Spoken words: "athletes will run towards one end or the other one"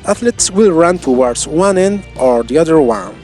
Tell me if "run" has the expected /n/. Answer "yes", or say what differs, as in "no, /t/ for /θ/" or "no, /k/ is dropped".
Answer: yes